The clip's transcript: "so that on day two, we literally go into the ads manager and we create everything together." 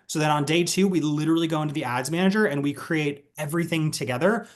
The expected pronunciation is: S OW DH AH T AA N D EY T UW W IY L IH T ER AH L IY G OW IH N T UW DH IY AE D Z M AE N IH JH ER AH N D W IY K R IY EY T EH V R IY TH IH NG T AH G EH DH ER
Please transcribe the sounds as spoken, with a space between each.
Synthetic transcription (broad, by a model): S OW DH AH T N D EY T UW W IY L IH T ER L IY G OW IH N T UW DH IY AE D Z M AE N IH JH ER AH N W IY K R IY EY T EH V R IY TH IH NG T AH G EH DH ER